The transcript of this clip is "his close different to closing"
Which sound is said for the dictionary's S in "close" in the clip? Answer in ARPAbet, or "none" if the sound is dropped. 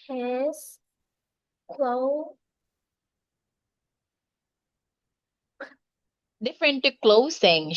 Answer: none